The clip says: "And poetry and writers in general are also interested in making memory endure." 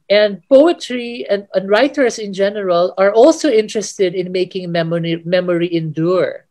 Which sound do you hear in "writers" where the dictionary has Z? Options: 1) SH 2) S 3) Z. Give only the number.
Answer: 2